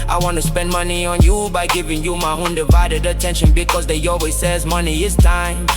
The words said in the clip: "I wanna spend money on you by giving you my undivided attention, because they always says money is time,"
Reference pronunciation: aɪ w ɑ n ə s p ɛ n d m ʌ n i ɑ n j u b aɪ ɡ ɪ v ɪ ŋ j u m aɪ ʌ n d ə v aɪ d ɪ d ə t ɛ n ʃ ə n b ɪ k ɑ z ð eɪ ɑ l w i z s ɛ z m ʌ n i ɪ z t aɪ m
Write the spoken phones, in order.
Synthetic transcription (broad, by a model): aɪ w ɑ n ə s p ɛ n d m ʌ n i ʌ n j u b aɪ ɡ ɪ v ɪ ŋ j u m aɪ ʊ n d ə v aɪ d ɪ d ə t ɛ n ʃ ə n b ɪ k ɑ z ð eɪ ɑ l w i z s ɛ z m ʌ n i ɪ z t aɪ m